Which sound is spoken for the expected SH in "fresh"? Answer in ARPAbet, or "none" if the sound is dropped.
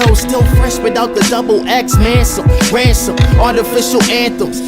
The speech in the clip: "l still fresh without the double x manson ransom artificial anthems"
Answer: S